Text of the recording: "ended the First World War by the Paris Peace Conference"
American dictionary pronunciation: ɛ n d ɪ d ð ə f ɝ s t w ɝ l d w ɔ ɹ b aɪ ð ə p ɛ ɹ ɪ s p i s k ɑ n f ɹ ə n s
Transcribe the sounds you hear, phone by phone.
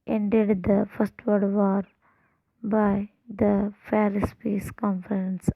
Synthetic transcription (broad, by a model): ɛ n d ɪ d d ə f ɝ s t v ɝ d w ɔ ɹ b aɪ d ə f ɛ ɹ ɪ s p i s k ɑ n f ɹ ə n s